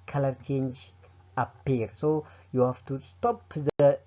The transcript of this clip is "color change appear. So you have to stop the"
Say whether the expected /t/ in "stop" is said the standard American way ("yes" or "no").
yes